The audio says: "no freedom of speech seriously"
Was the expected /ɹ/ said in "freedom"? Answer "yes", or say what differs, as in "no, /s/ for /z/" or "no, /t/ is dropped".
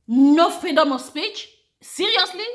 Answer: no, /ɹ/ is dropped